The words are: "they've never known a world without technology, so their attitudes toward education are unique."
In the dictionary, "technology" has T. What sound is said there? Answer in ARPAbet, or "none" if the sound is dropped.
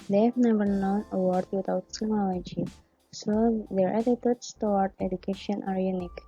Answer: S